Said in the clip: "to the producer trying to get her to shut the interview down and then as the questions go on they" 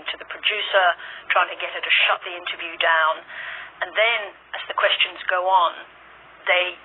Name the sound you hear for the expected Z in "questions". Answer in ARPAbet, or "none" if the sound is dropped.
Z